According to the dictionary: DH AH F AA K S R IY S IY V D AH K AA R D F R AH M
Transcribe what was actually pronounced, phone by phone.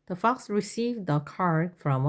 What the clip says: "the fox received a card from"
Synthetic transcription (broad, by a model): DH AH F AA K S R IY S IY V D AH K AA R D F R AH M